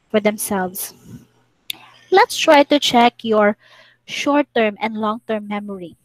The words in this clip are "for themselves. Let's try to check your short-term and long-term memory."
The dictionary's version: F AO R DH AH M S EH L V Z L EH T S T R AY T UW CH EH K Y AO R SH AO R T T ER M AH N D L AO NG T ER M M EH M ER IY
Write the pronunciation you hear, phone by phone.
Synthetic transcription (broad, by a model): F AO R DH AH M S EH L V S L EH T S T R AY T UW CH EH K Y AO R SH AO R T T ER M AH N D L AO NG T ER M M EH M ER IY